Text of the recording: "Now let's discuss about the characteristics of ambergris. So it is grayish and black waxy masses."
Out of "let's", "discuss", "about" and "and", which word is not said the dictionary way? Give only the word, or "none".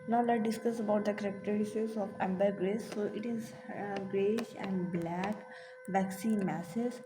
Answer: let's